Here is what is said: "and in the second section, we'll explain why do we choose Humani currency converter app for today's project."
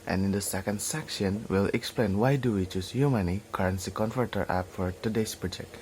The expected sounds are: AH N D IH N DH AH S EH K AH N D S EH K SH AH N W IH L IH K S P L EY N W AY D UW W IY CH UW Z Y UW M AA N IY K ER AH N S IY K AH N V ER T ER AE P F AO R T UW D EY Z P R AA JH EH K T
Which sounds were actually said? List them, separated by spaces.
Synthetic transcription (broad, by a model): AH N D IH N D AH S EH K AH N D S EH K SH AH N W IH L IH K S P L EY N W AY D UW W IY CH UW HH Y UW M AA N IY K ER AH N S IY K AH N F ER T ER AE P F AO R T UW D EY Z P R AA JH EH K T